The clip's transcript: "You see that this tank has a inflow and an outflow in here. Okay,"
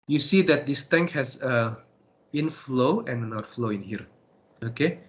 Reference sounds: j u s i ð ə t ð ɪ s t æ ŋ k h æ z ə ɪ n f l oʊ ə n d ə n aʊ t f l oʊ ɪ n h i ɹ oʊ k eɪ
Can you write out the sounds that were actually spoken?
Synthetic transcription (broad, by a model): j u s i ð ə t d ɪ s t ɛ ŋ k h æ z ə ɪ n f l oʊ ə n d ə n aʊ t f l oʊ ɪ n h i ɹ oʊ k eɪ